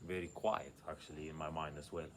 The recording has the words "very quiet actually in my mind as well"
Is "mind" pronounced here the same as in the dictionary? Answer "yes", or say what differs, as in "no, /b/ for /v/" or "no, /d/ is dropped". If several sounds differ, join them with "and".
yes